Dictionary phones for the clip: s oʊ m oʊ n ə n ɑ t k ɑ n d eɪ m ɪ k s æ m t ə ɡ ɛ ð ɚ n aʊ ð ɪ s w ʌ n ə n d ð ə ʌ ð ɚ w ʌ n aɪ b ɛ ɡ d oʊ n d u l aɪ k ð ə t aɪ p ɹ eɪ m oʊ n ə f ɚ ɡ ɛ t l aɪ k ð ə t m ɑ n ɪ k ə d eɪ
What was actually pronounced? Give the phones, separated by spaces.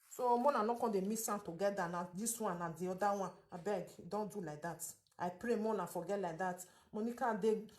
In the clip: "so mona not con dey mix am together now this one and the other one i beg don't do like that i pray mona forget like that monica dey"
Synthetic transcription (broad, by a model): s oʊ m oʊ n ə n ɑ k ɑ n d eɪ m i s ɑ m t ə ɡ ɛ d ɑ n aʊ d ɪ s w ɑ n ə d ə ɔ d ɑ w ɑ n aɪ b ɛ ɡ d oʊ n d u l aɪ k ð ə t aɪ p ɹ eɪ m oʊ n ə f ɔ ɡ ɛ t l aɪ k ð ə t m ɑ n ɪ k ə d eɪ